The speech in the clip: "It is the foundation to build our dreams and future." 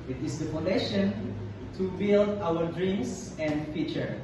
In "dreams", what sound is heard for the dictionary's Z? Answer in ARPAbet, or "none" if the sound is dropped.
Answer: S